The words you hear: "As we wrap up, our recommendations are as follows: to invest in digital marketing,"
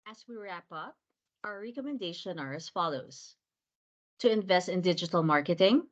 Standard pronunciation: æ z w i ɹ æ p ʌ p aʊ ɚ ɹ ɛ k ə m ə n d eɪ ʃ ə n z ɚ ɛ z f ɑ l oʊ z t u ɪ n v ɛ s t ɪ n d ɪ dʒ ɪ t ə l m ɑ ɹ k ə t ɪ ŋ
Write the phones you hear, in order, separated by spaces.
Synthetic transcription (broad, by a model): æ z w i ɹ æ p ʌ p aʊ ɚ ɹ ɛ k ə m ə n d eɪ ʃ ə n ɚ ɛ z f ɑ l oʊ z t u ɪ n v ɛ s t ɪ n d ɪ dʒ ɪ t ə l m ɑ ɹ k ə t ɪ ŋ